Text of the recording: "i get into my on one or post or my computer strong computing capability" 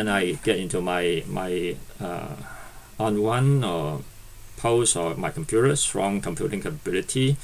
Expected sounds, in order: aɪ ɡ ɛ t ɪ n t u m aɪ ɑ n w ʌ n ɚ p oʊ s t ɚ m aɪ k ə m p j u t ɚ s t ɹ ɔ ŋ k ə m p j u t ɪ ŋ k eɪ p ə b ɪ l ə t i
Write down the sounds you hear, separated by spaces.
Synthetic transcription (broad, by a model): aɪ ɡ ɛ t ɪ n t u m aɪ ɑ n w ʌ n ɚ p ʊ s ɚ m aɪ k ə m p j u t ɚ s t ɹ ɔ ŋ k ə m p j u t ɪ ŋ k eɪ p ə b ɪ l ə t i